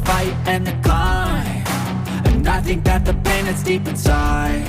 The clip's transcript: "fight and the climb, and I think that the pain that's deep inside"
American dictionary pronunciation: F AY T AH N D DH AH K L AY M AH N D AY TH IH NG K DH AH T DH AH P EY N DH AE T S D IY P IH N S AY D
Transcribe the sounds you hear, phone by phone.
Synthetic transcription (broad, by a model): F AY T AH N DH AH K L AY AH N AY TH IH NG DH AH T DH AH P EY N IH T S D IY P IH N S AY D